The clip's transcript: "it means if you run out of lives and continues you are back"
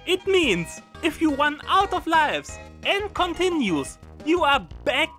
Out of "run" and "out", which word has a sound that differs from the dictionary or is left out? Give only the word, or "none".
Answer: run